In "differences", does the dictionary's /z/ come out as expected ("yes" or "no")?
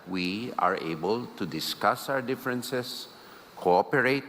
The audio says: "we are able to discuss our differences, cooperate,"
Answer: no